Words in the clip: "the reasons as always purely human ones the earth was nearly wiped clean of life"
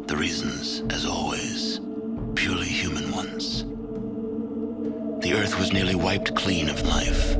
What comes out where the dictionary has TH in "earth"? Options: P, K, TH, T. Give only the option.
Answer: TH